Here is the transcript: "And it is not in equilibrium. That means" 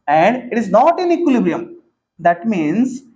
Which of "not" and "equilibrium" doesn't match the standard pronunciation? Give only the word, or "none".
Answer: none